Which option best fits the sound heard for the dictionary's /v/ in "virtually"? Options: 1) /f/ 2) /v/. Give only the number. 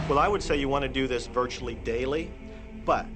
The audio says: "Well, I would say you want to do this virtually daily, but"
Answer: 2